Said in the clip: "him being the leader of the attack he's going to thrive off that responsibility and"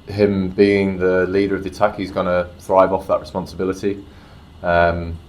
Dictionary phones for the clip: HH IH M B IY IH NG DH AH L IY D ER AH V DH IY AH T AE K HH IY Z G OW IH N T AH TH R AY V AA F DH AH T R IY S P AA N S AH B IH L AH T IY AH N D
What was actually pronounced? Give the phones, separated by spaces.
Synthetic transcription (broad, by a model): HH IH M B IY IH NG DH AH L IY D ER AH V DH IY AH T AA K HH IY Z G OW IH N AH TH R AY V AA F DH AH T R IY S P AA N S AH B IH L AH T IY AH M